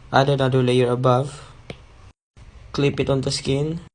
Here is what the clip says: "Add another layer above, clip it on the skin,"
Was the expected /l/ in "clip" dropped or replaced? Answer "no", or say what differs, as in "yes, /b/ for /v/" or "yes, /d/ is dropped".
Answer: no